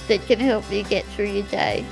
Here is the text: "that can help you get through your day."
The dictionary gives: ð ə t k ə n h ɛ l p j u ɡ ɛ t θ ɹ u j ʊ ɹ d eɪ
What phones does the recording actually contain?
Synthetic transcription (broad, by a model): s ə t k ə n h ɛ l p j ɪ ɡ ɛ t θ ɹ u j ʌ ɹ d eɪ